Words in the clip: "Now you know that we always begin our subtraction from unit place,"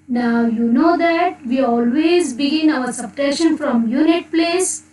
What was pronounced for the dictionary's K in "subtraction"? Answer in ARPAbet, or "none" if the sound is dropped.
none